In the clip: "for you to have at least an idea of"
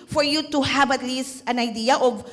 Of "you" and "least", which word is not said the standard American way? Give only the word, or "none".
none